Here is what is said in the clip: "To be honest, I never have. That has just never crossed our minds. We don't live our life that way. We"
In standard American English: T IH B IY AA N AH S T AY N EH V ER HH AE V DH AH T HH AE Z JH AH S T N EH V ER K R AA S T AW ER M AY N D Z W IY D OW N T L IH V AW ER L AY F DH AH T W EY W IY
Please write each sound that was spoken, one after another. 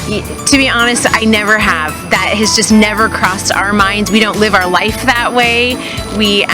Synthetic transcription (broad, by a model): T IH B IY AA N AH S T AY N EH V ER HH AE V DH AH T HH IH Z JH AH S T N EH V ER K R AA S T AW ER M AY N D Z W IY D OW N T L IH V AW ER L AY F DH AH T W EY W IY